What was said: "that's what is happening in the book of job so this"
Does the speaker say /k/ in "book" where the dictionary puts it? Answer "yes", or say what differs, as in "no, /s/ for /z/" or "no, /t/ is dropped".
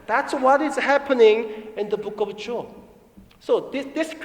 yes